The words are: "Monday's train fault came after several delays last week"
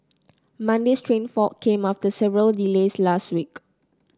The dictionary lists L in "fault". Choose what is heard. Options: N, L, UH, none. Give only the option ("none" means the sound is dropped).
none